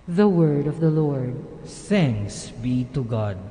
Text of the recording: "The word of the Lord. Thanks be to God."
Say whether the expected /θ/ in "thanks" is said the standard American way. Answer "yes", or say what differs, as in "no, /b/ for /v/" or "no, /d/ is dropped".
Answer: no, /s/ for /θ/